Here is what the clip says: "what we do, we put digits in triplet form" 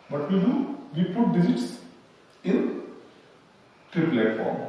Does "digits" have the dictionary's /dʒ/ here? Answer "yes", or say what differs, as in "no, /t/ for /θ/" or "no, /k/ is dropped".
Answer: no, /z/ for /dʒ/